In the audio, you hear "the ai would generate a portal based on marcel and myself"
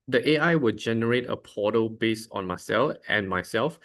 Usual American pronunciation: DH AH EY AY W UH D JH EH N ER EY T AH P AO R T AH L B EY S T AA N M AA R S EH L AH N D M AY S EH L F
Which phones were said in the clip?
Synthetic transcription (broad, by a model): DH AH EY AY W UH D JH EH N ER EY T AH P AO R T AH B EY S AA N M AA S EH L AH N M AY S EH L F